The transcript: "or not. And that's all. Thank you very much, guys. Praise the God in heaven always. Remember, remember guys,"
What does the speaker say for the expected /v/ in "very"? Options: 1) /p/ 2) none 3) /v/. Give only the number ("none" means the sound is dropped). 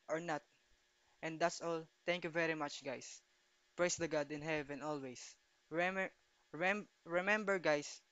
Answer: 3